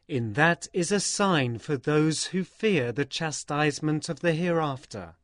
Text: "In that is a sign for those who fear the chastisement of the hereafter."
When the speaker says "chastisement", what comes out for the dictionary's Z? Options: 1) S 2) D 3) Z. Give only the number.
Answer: 3